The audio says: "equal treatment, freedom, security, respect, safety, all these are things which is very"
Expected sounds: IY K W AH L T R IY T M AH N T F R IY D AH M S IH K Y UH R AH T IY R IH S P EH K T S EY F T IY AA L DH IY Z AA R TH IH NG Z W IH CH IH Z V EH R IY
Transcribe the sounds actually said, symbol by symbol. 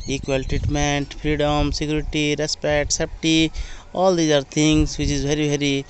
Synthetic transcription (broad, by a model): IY K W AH L T R IY T M AH N T P R IY D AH M S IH K Y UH R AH T IY R IH S P EH K T S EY P T IY AA L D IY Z AA R T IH NG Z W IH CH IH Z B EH R IY